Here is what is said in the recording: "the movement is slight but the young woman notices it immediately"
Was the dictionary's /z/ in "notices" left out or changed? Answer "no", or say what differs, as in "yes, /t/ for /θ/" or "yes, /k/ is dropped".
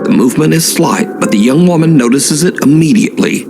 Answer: no